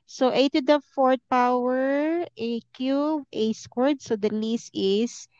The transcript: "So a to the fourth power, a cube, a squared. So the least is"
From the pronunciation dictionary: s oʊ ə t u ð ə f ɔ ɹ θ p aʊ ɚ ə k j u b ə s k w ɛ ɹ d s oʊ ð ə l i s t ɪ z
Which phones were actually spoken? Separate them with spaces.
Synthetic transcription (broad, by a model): s oʊ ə t u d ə f ɔ ɹ t p aʊ ɚ ə k j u ə s k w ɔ ɹ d s oʊ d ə l i s t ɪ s